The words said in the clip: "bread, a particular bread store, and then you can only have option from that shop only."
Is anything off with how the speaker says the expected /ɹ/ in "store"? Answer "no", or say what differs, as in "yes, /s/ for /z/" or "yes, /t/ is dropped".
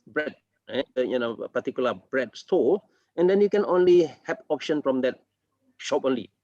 yes, /l/ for /ɹ/